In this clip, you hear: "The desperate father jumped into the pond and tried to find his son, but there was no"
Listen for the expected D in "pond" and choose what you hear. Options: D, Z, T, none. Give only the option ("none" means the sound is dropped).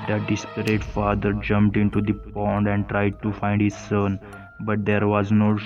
D